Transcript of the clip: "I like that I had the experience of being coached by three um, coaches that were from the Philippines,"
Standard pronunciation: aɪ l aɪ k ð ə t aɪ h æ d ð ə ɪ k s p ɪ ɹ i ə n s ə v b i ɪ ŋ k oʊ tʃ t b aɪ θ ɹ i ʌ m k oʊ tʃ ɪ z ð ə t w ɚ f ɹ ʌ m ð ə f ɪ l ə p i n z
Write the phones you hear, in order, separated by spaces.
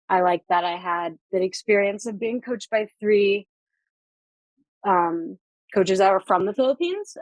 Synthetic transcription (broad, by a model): aɪ l aɪ k ð ə t aɪ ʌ d ð ə ɪ k s p ɪ ɹ i ə n s ə v b i ɪ ŋ k oʊ tʃ t b aɪ θ ɹ i ʌ m k oʊ tʃ ɪ z ð ə t w ɚ f ɹ ʌ m ð ə f ɪ l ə p i n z